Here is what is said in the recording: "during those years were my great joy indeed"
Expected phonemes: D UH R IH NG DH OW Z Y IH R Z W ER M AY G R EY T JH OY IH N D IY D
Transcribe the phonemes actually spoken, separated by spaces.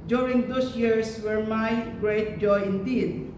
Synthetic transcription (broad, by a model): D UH R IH NG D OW S Y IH R S W ER M AY G R EY T JH OY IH N D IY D